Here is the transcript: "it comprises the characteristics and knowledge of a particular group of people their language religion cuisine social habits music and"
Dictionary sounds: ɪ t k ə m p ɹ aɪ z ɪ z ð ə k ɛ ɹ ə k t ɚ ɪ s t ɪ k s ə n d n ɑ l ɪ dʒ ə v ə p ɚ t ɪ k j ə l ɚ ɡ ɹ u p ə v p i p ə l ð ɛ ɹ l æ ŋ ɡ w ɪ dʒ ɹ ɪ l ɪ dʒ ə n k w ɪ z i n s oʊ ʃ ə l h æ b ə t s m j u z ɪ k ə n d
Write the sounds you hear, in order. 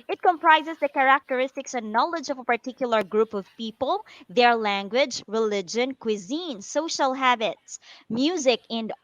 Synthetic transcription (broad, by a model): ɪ t k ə m p ɹ aɪ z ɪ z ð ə k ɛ ɹ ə k t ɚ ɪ s t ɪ k s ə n n ɑ l ɪ dʒ ə v ə p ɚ t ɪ k j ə l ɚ ɡ ɹ u p ə v p i p ə l ð ɛ ɹ l æ ŋ ɡ w ɪ dʒ ɹ ɪ l ɪ dʒ ə n k w ɪ z i n s oʊ ʃ ə l h æ b ə t s m j u z ɪ k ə n d